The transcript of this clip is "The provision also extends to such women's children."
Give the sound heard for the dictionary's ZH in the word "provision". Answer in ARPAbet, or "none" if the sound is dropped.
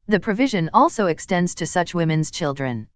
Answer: ZH